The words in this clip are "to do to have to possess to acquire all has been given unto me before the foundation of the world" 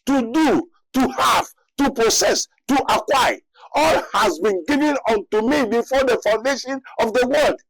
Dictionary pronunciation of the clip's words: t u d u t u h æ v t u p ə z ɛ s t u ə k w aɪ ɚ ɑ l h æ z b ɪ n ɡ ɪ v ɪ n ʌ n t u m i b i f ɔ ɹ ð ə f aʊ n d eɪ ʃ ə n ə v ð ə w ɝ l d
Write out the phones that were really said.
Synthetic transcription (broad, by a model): t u d u t u h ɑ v t u p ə s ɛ s t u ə k w aɪ ɑ l h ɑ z b ɪ n ɡ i v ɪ n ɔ n t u m i b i f ɔ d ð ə f aʊ n d eɪ ʃ ə n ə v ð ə w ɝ l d